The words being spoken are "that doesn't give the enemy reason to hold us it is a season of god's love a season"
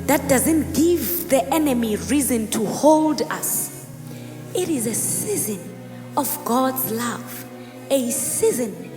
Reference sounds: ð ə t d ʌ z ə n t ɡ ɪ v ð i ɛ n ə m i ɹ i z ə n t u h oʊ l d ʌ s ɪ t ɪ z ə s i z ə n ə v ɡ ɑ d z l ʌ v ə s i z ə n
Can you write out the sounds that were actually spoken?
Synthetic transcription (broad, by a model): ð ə t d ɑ z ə n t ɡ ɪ v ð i ɛ n ə m i ɹ i z ə n t u h oʊ l d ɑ s ɪ t ɪ z ə s i z ə n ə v ɡ ɑ d z l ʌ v ə s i z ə n